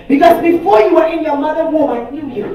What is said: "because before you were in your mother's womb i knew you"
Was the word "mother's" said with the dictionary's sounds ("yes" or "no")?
no